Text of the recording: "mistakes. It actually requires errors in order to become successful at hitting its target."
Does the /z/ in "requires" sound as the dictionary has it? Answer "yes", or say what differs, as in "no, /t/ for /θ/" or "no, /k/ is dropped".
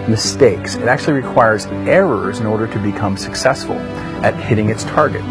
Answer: yes